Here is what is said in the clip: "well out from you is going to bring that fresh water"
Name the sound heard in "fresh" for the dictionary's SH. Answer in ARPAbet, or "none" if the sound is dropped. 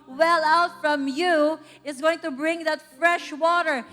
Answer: SH